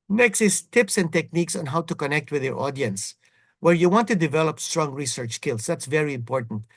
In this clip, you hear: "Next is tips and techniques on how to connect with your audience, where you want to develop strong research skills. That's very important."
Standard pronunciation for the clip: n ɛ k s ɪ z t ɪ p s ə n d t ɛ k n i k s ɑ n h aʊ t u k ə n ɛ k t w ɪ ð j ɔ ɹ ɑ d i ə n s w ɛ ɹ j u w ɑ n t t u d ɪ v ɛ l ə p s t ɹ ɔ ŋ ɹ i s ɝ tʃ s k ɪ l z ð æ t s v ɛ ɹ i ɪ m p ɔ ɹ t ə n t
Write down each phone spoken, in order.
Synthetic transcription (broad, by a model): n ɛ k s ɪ s t ɪ p s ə n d t ɛ k n i k s ɑ n h aʊ t u k ə n ɛ k t w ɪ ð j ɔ ɹ ɑ d i ə n s w ɛ ɹ j u w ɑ n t t u d ɪ v ɛ l ə p s t ɹ ɔ ŋ ɹ i s ɝ tʃ s k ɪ l s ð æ t s v ɛ ɹ i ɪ m p ɔ ɹ t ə n t